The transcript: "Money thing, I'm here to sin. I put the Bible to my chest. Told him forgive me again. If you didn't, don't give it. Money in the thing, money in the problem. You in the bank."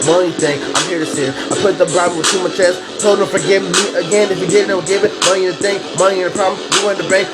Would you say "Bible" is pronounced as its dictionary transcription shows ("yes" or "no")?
no